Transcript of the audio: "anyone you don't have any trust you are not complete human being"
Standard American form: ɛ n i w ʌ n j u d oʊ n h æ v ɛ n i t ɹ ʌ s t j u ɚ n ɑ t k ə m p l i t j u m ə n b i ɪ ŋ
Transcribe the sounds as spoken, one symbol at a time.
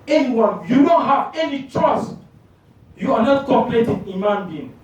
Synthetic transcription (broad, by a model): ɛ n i w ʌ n j u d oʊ n h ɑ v ɛ n i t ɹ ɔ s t j u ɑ n ɑ t k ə p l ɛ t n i m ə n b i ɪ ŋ